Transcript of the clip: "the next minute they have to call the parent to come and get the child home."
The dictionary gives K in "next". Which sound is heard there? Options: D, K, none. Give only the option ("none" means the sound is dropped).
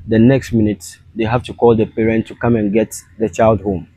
K